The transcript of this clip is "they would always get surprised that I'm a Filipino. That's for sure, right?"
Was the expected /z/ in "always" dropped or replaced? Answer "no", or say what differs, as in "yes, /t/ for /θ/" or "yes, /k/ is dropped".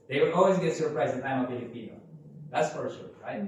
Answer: no